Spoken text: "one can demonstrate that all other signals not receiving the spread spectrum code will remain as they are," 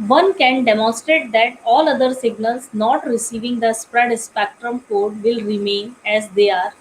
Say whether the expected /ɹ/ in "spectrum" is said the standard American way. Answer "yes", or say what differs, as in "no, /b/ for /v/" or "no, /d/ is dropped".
yes